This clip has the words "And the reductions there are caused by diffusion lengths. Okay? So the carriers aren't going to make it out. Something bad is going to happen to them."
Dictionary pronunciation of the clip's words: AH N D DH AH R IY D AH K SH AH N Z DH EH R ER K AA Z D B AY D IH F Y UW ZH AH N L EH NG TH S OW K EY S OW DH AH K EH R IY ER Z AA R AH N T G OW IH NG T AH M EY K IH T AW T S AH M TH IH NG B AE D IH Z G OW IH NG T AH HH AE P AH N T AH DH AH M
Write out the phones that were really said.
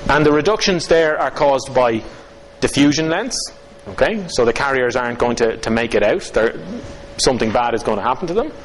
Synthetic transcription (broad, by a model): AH N DH AH R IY D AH K SH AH N Z DH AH R ER K AA Z B AY D IH F Y UW ZH AH N L EH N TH S OW K EY S OW DH AH K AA R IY ER Z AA R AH N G OW IH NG T AH M EY K IH T AW T S AH M TH IH NG B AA D IH Z G OW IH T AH HH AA P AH N T AH DH AH M